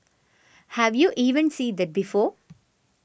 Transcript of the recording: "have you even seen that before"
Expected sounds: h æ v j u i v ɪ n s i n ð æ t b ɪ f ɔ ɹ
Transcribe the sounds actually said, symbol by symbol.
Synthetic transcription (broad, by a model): h æ v j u i v ɪ n s i n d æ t b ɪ f ɔ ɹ